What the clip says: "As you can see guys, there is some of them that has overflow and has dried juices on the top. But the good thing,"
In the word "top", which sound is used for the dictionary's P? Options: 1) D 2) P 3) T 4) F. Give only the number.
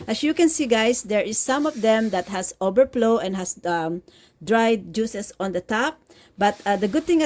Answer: 2